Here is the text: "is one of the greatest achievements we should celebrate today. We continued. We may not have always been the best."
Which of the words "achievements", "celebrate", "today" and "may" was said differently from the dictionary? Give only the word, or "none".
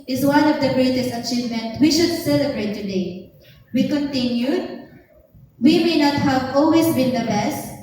achievements